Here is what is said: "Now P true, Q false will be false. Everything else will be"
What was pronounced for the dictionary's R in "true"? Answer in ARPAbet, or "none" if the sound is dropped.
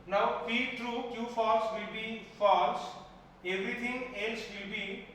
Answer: R